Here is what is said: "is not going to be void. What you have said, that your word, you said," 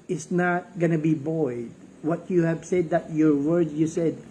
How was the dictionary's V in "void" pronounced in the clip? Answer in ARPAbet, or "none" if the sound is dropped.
B